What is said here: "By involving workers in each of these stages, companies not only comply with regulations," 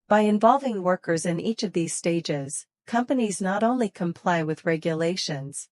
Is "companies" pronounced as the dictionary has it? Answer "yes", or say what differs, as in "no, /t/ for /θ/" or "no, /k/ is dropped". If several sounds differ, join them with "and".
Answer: yes